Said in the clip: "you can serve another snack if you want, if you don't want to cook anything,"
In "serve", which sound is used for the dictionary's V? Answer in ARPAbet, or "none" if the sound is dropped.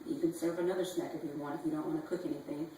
V